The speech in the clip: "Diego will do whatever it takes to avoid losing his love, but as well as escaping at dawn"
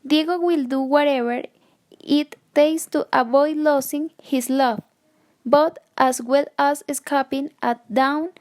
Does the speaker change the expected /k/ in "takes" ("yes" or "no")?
yes